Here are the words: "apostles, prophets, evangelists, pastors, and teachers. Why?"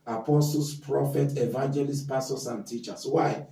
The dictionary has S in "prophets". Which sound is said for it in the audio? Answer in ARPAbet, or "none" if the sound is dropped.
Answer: none